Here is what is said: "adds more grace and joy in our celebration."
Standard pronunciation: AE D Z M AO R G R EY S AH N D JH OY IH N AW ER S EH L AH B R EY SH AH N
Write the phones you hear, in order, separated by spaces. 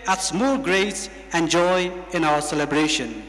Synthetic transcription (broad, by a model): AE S M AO L G R EY S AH N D JH OY IH N AW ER S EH L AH B R EY SH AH N